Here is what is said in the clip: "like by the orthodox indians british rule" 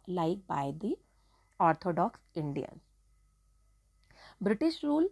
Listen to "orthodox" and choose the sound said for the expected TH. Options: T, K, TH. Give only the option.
T